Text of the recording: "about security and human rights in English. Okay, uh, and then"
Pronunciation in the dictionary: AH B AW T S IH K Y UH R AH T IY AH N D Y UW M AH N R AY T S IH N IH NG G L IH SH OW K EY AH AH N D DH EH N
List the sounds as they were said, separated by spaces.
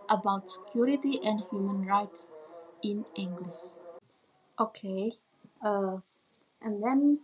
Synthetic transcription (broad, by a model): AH B AW T S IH K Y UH R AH T IY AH N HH Y UW M AH N R AY T S IH N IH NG G L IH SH OW K EY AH AH N D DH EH N